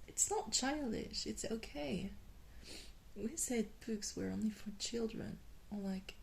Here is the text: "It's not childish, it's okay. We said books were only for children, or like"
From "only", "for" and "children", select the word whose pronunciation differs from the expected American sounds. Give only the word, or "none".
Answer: none